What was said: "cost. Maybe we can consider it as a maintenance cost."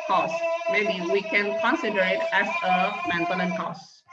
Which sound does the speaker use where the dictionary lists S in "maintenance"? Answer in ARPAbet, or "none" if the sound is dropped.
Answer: none